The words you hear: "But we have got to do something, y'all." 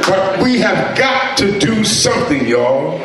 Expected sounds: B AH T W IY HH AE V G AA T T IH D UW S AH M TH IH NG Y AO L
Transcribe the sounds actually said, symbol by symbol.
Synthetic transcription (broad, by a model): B AH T W IY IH V G AA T T IH D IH S AH M TH IH NG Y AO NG